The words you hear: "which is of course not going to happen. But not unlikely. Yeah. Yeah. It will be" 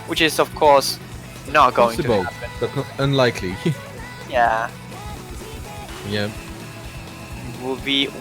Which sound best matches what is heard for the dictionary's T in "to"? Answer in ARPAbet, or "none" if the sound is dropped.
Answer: S